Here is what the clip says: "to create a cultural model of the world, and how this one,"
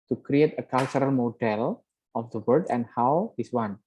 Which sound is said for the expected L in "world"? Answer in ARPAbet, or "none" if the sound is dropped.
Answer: none